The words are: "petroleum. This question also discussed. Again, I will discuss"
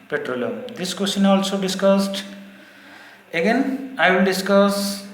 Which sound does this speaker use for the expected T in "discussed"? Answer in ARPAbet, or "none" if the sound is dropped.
T